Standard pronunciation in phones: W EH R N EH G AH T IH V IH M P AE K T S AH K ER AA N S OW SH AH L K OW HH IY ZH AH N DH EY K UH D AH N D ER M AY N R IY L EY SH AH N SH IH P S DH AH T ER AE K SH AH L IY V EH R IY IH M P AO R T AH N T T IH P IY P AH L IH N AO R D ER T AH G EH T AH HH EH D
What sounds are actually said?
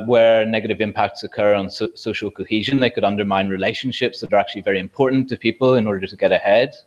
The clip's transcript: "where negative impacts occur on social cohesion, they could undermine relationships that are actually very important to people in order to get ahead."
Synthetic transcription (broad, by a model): W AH R N EH G AH T IH V IH M P AE K T S AH K ER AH N S OW SH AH L K OW HH IY ZH AH N DH EY K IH D AH N D ER M AY N R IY L EY SH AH N SH IH P S DH AH T ER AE K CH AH L IY V EH R IY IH M P AO R T N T T IH P IY P AH L IH N AO R D ER T AH G EH T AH HH EH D